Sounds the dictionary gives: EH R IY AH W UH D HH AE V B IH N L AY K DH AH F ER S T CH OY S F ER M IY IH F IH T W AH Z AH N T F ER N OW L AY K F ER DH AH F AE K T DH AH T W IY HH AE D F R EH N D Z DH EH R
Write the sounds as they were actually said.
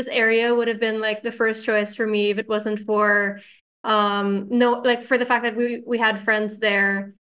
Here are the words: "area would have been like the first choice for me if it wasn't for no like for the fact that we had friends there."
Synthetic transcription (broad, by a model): EH R IY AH W UH D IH V B IH N L AY K DH AH F ER S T CH OY S F ER M IY IH F IH T W AH Z AH N T F ER N OW L AY K F ER DH AH F AE K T DH AH T W IY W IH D F R EH N D Z DH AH R